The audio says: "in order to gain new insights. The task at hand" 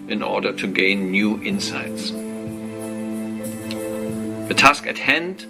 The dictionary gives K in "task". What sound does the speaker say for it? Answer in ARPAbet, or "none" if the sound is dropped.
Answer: K